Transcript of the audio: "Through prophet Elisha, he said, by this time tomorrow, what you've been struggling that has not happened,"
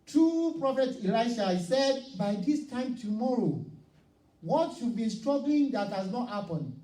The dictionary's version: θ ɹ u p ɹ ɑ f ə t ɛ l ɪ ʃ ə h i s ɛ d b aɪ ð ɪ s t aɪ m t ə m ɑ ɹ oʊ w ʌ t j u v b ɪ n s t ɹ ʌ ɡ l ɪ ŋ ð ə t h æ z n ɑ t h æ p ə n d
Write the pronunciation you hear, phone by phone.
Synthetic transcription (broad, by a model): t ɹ u p ɹ ɑ f ə t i l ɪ ə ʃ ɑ s ɛ d b aɪ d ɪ s t aɪ m t ə m ɑ ɹ oʊ w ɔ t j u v b ɪ n s t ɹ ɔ ɡ l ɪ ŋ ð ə t h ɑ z n ɑ t h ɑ p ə n